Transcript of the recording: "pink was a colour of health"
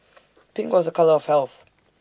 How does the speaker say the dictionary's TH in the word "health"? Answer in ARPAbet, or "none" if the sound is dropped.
TH